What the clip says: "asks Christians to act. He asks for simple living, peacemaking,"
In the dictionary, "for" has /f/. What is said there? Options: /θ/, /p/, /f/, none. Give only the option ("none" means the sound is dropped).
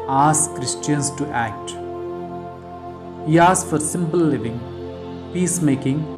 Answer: /f/